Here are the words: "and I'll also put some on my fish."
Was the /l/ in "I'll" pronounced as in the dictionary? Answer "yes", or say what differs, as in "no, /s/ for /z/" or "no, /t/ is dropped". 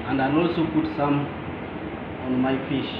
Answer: no, /n/ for /l/